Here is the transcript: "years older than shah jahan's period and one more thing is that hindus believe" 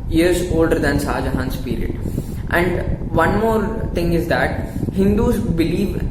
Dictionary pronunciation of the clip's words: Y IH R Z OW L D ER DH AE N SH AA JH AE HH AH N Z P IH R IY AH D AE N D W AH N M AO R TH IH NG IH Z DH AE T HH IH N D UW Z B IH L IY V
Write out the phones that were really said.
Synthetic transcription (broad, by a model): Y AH R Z OW L D ER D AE N S AA JH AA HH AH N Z P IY R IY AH D AE N D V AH N M AO R T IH NG IH Z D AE T HH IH N D UW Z B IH L IY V